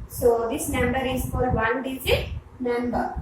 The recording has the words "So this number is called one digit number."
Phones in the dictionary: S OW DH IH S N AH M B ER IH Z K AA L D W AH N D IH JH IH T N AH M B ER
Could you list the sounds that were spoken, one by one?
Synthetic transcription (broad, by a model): S OW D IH S N AH M B ER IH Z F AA D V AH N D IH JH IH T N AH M B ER